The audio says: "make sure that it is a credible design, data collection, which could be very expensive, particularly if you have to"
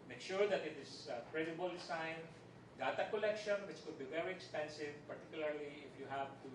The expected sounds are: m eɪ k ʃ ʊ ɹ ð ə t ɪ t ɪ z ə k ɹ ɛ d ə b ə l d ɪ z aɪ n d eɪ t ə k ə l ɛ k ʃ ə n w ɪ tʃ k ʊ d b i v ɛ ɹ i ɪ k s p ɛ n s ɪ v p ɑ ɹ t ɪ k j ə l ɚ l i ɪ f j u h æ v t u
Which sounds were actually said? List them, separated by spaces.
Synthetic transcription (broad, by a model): m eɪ k ʃ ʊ ɹ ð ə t ɪ t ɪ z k ɹ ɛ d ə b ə l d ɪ s aɪ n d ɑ t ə k ə l ɛ k ʃ ə n w ɪ tʃ k ʊ d b i v ɛ ɹ i ɪ k s p ɛ n s ɪ v p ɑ ɹ t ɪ k j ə l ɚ l i ɪ f j u h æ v t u